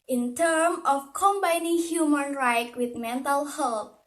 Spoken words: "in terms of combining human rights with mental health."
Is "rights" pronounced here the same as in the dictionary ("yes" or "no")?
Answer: no